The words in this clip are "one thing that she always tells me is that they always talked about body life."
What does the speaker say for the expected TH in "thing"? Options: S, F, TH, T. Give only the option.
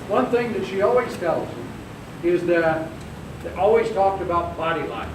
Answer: TH